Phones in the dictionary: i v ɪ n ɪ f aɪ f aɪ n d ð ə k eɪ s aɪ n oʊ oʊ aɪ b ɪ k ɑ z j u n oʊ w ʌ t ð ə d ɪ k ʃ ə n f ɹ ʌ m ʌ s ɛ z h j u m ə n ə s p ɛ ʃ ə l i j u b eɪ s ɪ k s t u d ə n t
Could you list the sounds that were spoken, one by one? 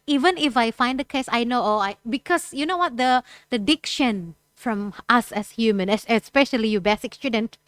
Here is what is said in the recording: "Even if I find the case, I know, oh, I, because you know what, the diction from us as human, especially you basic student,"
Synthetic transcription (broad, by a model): i v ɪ n ɪ f aɪ f aɪ n d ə k eɪ s aɪ n oʊ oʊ aɪ b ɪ k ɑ s j u n oʊ w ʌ t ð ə d ɪ k ʃ ə n f ɹ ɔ m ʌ s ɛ s h j u m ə n ə s p ɛ ʃ ə l i j u b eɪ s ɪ k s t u d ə n t